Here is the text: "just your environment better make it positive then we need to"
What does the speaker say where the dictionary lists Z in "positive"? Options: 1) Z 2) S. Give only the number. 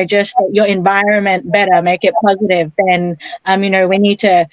1